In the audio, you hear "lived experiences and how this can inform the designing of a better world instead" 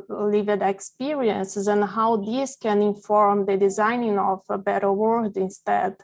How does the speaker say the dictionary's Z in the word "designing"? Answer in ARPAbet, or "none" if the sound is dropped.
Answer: Z